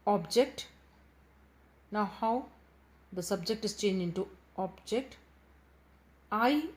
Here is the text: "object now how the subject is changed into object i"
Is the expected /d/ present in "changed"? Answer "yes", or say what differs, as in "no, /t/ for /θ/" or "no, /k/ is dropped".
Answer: no, /d/ is dropped